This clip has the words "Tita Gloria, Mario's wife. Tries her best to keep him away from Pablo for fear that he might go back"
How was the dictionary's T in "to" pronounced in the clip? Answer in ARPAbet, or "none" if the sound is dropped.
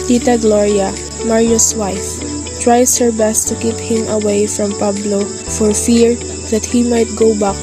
T